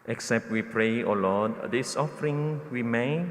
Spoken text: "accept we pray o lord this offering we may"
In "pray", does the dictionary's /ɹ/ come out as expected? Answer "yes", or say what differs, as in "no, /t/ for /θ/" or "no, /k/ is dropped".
yes